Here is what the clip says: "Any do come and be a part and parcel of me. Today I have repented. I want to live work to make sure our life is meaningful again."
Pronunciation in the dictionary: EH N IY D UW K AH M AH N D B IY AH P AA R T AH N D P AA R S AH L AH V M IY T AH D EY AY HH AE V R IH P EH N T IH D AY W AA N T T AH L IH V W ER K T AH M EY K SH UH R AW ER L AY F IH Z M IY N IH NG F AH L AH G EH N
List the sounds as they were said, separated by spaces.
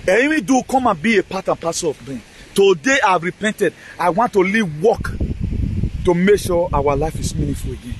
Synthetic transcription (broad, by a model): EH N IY D UW K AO M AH N B IY AH P AA T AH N P AA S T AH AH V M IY T AH D EY AY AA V R IH P EH N T IH D AY W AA N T T AH L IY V W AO K T AH M EY K SH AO AW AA L AY F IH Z M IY N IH F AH L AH G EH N